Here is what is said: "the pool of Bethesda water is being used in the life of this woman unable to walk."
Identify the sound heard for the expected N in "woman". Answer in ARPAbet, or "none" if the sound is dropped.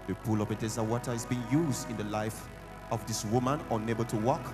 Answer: N